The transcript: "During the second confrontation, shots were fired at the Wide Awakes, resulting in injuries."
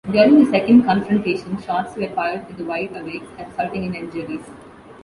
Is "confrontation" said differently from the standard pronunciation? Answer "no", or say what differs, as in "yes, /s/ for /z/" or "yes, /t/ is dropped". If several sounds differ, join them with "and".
no